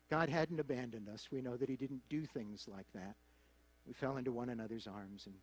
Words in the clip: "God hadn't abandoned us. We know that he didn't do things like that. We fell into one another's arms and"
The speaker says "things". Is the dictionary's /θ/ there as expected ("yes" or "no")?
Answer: yes